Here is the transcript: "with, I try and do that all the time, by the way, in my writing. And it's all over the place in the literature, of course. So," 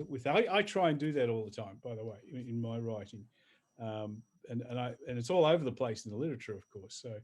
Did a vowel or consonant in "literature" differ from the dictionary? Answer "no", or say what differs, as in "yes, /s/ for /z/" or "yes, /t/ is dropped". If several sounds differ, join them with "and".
no